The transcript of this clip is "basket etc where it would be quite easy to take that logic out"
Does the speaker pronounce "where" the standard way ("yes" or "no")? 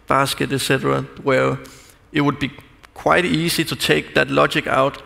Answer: no